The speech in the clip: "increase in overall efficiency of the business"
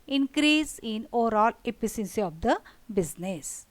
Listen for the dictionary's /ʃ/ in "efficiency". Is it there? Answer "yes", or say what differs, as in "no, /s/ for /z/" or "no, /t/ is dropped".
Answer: no, /s/ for /ʃ/